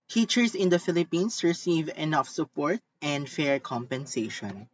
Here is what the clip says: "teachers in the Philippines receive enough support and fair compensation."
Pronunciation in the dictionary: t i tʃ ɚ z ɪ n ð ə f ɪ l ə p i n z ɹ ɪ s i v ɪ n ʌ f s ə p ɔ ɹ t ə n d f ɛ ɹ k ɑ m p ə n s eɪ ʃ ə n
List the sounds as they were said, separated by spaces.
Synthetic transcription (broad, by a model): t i tʃ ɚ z ɪ n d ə f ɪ l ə p i n s ɹ ɪ s i v ɪ n ʌ f s ə p ɔ ɹ t ə n d f ɛ ɹ k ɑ m p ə n s eɪ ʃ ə n